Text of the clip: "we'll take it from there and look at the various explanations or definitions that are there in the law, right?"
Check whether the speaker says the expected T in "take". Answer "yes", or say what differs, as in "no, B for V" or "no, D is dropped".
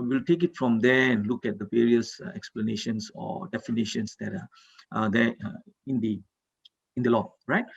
yes